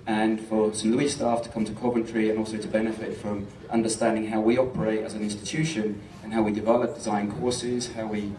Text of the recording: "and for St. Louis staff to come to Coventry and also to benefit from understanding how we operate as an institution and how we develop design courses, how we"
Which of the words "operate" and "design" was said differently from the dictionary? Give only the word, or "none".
none